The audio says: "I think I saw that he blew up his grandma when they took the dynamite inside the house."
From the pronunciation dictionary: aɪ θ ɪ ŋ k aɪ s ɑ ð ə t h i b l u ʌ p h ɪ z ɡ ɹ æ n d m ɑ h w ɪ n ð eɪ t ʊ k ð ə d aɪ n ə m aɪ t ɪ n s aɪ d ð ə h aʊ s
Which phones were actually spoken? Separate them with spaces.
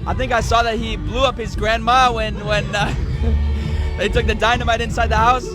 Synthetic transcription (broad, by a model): aɪ θ ɪ ŋ k aɪ s ɑ ð ə t h i b l u ʌ p h ɪ z ɡ ɹ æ n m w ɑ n w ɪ n ð eɪ t ʊ k ð ə d aɪ n ə m aɪ t ɪ n s aɪ d ð ə h aʊ s